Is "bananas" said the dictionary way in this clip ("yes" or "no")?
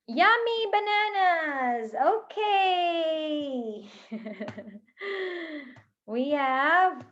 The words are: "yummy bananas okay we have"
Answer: yes